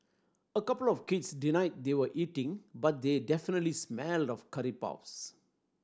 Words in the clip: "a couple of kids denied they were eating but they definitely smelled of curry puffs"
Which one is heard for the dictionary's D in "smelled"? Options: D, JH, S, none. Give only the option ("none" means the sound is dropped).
D